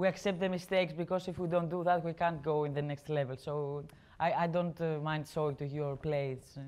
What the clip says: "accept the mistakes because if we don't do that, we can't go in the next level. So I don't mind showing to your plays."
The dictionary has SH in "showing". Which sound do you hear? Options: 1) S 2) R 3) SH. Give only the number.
1